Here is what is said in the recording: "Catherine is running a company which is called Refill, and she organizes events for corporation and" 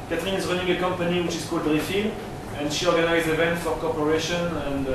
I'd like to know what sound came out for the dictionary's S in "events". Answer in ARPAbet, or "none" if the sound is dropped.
none